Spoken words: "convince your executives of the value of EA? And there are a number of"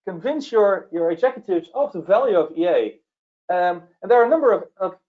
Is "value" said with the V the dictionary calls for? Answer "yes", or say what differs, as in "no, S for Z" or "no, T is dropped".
yes